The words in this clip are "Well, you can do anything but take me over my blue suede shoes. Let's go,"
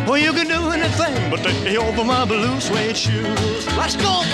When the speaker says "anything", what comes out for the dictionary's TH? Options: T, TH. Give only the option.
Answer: TH